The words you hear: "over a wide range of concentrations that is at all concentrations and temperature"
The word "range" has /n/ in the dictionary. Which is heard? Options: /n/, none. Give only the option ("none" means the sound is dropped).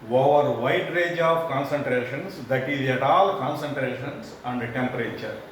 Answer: none